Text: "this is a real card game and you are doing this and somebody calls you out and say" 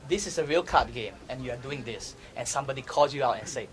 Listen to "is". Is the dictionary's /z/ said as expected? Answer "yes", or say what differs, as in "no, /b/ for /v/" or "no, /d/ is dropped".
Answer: no, /s/ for /z/